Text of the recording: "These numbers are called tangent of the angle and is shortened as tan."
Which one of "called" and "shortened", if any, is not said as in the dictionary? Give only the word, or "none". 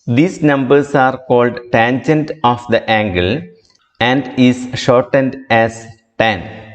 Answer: none